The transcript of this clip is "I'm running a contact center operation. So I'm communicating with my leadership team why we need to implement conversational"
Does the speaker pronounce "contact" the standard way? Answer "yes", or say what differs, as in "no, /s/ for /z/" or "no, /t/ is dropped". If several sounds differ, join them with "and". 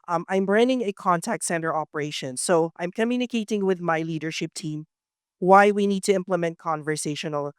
yes